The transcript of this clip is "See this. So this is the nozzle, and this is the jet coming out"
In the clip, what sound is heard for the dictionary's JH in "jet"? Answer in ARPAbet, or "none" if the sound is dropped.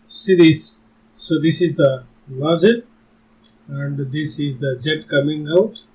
JH